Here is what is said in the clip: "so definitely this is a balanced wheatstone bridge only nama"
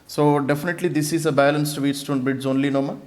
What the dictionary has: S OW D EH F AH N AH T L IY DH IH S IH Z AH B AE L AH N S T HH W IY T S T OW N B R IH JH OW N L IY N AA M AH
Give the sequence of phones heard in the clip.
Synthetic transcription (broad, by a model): S OW D EH F AH N AH T L IY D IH S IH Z AH B AE L AH N S T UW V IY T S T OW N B IH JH OW N L IY N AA M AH